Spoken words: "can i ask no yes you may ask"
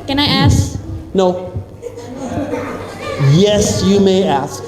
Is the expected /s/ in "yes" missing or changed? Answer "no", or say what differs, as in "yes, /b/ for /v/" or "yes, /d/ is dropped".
no